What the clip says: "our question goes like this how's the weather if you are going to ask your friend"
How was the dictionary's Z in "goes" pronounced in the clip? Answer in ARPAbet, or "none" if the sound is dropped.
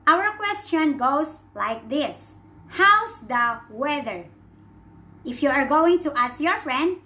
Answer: S